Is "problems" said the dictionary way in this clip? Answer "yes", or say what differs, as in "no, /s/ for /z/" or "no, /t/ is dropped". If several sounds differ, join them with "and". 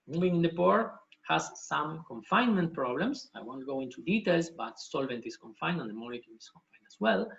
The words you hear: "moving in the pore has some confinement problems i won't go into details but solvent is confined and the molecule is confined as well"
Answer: no, /s/ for /z/